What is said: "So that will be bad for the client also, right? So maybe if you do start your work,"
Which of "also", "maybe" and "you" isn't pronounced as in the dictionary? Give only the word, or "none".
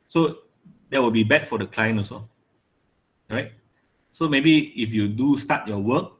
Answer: also